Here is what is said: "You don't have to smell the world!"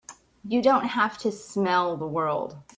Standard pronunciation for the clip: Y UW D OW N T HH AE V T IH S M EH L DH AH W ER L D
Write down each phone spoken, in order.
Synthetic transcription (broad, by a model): Y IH D OW N T HH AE F T IH S M EH L DH AH W ER L D